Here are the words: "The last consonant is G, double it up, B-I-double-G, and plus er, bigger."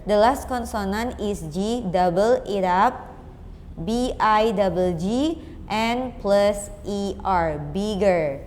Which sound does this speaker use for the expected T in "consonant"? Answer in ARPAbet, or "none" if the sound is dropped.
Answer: none